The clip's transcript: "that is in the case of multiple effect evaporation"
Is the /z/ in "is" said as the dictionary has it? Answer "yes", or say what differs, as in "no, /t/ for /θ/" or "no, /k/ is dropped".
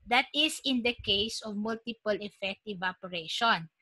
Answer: no, /s/ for /z/